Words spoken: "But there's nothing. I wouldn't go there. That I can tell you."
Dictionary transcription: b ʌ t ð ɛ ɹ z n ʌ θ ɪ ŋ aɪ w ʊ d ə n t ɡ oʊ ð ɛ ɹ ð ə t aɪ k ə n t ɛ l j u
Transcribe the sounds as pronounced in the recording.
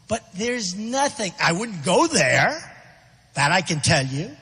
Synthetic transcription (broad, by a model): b ʌ t ð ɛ ɹ z n ʌ θ ɪ ŋ aɪ w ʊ d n ɡ oʊ ð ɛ ɹ ð ə t aɪ k ə n t ɛ l j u